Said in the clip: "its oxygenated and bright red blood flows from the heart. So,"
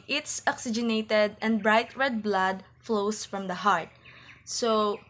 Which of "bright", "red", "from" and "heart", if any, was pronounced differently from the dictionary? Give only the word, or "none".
none